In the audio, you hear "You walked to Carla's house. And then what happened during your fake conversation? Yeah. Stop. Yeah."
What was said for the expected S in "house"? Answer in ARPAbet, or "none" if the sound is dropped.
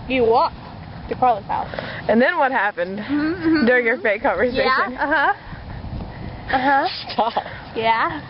none